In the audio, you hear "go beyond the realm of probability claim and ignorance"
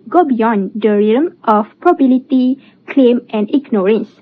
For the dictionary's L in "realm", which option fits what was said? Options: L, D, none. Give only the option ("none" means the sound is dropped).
none